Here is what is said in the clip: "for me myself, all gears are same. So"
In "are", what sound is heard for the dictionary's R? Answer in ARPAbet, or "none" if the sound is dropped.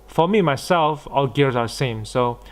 W